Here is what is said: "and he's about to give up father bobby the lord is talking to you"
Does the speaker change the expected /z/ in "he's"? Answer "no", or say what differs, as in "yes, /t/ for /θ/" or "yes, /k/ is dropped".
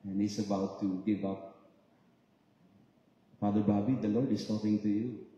yes, /s/ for /z/